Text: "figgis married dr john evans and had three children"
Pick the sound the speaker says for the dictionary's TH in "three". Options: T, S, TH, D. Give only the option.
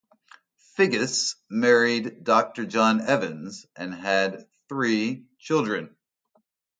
TH